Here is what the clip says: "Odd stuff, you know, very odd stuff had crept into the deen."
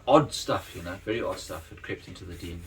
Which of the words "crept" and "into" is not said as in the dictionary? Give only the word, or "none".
none